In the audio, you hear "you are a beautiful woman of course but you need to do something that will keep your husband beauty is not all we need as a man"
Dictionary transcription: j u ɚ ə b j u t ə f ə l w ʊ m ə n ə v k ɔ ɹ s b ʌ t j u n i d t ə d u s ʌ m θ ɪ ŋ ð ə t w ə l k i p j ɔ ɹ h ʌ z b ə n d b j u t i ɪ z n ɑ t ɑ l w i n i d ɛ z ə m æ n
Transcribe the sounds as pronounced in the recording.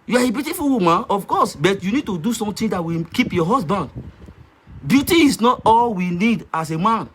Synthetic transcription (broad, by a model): j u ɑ ə b j u t ə f ə l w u m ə n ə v k ɔ s b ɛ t j u n i d t ə d u s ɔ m t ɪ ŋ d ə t w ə k i p j ɔ h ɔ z b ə n d b j u t i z n ɑ t ɑ l w i n i d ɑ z ə m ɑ n